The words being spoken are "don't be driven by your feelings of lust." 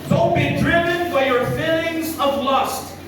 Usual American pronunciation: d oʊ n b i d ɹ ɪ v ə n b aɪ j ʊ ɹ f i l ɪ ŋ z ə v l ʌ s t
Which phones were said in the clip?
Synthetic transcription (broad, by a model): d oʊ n b i d ɹ ɪ v ə n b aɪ j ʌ ɹ f i l ɪ ŋ z ə v l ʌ s t